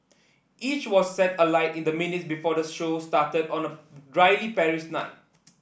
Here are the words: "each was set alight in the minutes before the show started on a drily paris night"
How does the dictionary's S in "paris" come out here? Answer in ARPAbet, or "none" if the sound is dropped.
SH